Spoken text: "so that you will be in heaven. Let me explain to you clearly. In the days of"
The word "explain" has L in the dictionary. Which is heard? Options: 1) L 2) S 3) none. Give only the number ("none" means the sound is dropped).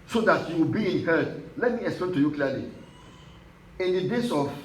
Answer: 1